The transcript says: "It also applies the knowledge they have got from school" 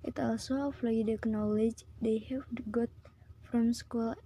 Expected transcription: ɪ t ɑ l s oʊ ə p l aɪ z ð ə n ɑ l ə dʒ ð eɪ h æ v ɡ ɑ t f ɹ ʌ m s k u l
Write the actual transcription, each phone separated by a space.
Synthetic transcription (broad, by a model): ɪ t ɑ l s oʊ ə f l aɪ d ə n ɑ l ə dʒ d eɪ h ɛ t ɡ ɑ t f ɹ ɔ m s k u l